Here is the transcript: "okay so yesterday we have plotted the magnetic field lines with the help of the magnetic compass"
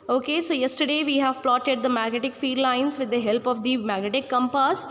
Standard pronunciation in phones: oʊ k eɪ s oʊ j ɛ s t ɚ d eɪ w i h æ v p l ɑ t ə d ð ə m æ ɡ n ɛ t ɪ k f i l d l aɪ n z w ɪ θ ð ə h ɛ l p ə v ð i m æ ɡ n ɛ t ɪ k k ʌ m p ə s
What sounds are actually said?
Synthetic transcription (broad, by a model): oʊ k eɪ s oʊ j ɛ s t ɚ d eɪ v i h æ v p l ɑ t ə d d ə m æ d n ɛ t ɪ k f i d l aɪ n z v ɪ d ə h ɛ l p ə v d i m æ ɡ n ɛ t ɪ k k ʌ m p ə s